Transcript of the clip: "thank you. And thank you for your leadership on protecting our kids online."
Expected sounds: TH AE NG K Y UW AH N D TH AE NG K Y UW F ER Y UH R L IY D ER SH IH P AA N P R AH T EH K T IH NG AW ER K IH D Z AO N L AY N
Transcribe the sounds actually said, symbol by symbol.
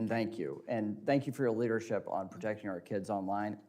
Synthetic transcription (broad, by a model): TH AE NG K Y UW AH N TH AE NG K Y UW F ER Y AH R L IY D ER SH IH P N P R AH T EH K T IH NG AW ER K IH D Z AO N L AY N